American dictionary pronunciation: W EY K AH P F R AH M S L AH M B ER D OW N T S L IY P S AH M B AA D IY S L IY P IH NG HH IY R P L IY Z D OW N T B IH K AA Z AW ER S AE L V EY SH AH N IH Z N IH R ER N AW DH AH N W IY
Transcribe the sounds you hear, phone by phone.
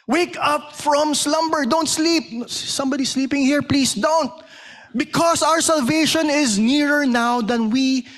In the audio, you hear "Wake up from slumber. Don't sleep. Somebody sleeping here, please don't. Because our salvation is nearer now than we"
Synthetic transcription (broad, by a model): W EY K AH P F R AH M S L AH M B ER D OW N T S L IY P S AH M B AA D IY S L IY P IH NG HH IY R P L IY S D OW N T B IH K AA S AW ER S AE L V EY SH AH N IH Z N IH R ER N AW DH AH N W IY